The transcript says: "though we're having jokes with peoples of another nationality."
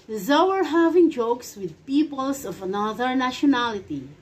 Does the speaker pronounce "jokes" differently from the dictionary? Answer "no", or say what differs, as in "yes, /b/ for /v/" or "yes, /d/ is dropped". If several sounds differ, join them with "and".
no